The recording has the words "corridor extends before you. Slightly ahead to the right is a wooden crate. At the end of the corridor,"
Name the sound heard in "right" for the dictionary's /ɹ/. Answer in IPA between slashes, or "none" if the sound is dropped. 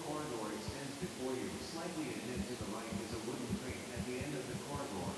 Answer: /l/